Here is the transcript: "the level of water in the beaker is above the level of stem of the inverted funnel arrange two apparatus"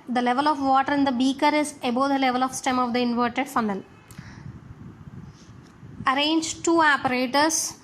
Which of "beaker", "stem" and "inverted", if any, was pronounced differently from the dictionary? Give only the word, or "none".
none